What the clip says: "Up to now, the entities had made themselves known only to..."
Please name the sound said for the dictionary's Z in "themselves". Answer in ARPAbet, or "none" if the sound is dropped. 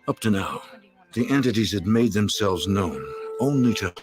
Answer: Z